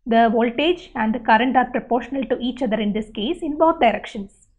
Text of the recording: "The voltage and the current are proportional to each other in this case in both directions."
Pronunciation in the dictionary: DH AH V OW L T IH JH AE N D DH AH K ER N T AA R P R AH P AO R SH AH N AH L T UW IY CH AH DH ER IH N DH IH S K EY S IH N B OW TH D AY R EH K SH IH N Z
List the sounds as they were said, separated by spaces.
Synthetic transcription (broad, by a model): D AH V OW L T IH JH AE N D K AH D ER N T AA R P R AH P AO R SH AH N AH L T UW IY CH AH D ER IH N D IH S K EY S IH N B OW T D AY R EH K SH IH N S